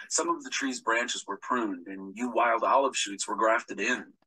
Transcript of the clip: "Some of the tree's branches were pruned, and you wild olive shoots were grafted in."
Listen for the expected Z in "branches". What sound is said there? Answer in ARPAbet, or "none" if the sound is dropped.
Z